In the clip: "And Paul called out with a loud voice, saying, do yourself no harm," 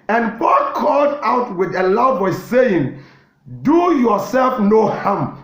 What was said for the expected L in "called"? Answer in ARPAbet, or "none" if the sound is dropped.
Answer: L